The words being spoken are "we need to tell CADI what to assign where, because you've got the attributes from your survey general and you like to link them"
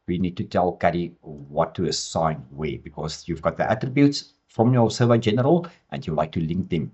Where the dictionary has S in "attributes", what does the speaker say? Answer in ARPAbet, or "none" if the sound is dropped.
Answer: S